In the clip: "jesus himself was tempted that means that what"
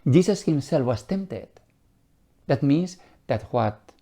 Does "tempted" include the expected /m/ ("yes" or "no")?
yes